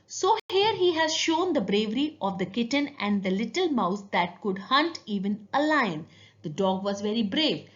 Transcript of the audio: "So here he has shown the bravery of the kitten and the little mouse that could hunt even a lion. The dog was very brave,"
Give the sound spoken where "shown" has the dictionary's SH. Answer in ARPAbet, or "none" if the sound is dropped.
SH